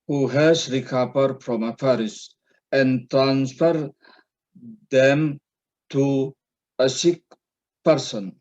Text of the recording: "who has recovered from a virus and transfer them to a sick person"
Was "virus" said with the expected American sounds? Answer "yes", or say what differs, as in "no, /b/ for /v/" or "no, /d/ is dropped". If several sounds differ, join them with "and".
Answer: no, /f/ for /v/